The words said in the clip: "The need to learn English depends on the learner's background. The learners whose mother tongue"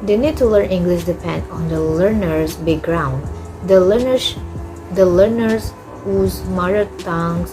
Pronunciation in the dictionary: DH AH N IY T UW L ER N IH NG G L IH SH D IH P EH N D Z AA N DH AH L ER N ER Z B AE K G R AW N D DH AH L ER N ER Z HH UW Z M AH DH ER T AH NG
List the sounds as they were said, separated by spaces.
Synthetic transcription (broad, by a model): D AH N IY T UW L ER N IH NG G L IH SH D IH P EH N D AA N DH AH L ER N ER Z B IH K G R AW N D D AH L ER N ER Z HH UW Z M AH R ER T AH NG